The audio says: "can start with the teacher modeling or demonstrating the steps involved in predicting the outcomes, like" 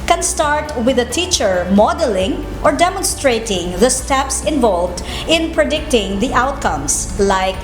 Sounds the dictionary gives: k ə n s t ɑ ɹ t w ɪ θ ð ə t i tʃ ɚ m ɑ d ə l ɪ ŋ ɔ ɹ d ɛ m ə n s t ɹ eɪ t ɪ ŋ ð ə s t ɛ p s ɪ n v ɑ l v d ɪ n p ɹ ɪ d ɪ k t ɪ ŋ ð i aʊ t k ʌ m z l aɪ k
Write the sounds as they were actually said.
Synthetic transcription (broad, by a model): k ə n s t ɑ ɹ t w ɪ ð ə t i tʃ ɚ m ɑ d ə l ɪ ŋ ɔ ɹ d ɛ m ə n s t ɹ eɪ t ɪ ŋ ð ə s t ɛ p s ɪ n v ɑ l v d ɪ n p ɹ ɪ d ɪ k t ɪ ŋ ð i aʊ t k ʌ m s l aɪ k